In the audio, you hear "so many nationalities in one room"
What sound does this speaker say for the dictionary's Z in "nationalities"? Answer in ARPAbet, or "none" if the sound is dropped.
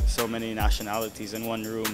Z